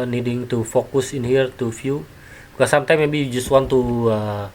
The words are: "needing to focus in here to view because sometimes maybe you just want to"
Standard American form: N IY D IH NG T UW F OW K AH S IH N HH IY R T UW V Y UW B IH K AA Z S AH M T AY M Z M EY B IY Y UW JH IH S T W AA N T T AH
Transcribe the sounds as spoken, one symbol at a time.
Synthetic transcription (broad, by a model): N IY D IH NG T UW F OW K AH S IH N HH IY R T UW F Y UW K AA S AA M T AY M M EY B IY Y UW JH IH S T W AA N T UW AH